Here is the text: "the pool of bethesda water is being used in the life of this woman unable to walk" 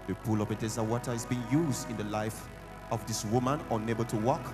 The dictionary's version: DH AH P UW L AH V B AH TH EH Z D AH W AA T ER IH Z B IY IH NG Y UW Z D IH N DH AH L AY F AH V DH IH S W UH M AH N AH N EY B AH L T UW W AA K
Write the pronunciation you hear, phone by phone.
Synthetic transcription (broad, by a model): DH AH P UW L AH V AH T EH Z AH W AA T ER IH Z B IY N Y UW Z D IH N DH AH L AY F AH V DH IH S W UH M AH N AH N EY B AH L T UW W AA K